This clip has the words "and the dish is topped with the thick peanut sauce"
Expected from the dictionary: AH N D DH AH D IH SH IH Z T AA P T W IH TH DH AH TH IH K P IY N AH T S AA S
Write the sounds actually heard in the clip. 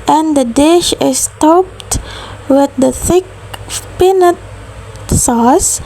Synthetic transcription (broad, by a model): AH N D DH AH D IH SH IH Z T AA P T W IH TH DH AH TH IH K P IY N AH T S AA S